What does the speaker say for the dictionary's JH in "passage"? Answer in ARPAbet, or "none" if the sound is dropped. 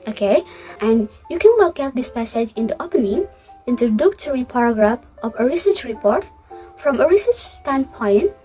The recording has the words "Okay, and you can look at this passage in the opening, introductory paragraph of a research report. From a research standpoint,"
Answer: JH